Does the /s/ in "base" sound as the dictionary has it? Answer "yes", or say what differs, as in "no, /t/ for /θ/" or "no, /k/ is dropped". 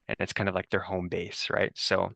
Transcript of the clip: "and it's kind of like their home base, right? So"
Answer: yes